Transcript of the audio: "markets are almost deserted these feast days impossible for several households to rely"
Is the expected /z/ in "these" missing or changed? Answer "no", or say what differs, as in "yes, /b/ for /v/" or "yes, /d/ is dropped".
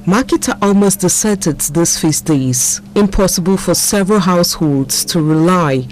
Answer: yes, /s/ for /z/